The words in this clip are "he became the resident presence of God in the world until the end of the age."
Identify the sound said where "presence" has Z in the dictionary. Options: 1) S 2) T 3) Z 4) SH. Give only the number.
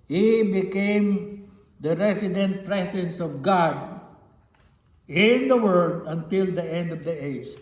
1